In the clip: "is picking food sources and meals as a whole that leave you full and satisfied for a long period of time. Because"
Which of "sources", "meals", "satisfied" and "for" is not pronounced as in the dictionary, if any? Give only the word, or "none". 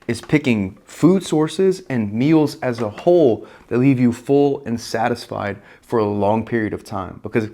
none